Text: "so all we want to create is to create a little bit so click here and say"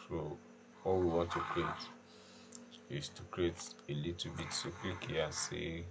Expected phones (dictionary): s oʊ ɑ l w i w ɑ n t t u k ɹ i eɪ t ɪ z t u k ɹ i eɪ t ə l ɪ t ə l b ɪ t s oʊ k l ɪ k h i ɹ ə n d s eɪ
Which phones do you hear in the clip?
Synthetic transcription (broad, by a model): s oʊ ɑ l w i w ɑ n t t u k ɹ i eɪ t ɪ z t u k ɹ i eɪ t ə l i t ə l b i t s oʊ k w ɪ k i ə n s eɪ